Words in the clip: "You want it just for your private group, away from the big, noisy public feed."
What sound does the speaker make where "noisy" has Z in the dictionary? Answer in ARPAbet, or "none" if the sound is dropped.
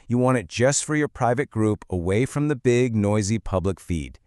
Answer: Z